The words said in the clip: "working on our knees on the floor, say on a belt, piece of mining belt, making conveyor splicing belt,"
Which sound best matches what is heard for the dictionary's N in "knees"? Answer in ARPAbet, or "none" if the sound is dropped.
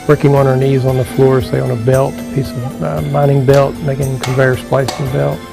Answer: N